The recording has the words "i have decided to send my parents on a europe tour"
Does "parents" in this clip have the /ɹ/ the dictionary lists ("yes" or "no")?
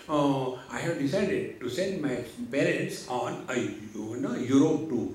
no